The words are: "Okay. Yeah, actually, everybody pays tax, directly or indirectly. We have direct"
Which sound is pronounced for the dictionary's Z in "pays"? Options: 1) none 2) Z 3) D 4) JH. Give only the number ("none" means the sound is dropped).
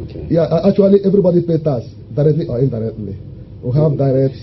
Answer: 1